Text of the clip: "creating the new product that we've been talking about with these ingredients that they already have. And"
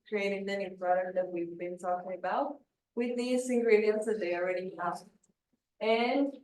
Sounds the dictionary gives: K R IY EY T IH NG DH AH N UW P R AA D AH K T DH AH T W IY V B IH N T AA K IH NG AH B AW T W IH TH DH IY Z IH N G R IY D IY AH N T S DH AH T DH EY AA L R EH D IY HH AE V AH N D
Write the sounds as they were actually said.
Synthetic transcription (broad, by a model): K R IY EY T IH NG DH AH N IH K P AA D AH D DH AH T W IY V B IH N T AA K IH NG AH B AW T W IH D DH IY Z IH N G R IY D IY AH N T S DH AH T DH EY AA L R EH D IY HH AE F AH N D